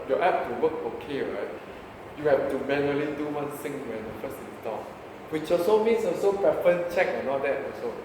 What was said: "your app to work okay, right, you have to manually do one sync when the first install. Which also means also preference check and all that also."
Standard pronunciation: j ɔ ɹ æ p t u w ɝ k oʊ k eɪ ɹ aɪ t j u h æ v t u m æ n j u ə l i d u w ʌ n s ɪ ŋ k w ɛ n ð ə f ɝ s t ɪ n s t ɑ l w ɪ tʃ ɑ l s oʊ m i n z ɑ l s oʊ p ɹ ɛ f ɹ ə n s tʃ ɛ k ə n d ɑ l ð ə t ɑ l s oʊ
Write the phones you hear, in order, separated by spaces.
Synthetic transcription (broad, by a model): j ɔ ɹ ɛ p t u w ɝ k oʊ k eɪ ɹ aɪ t j u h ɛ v t u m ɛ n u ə l i d u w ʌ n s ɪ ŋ w ɛ n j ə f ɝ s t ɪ s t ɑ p w ɪ tʃ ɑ s oʊ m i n s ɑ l s oʊ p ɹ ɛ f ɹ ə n tʃ ɛ k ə n ɑ l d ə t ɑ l s oʊ